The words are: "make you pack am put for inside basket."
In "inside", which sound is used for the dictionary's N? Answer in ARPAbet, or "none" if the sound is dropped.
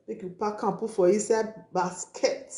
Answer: none